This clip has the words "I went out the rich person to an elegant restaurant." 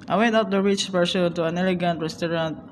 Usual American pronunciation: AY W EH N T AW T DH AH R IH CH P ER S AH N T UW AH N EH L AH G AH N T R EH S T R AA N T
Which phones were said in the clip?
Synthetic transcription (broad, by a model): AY W EH N T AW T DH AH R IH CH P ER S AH L T UW AH N EH L AH G AH N T R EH S T R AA N T